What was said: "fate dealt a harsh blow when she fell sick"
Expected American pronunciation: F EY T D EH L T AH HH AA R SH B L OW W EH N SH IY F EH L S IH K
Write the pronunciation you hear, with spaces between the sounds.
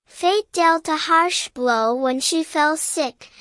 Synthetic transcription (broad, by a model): F EY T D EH L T AH HH AA R SH B L OW W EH N SH IY F EH L S IH K